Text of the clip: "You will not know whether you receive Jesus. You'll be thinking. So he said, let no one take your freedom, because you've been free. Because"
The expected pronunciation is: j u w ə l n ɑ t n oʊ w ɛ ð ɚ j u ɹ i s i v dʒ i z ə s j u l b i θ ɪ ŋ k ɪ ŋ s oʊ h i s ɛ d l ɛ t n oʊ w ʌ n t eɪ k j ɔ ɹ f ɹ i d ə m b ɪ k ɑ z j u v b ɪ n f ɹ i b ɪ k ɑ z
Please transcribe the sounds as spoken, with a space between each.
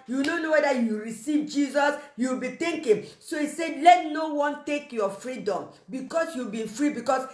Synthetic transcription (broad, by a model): j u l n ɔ n oʊ w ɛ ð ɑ j u ɹ i s i v dʒ i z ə s j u w b i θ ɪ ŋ k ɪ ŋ s oʊ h i s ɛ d l ɛ t n oʊ w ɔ n t eɪ k j ɔ f ɹ i d ə m b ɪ k ɑ s j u b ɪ f ɹ i b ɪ k ɑ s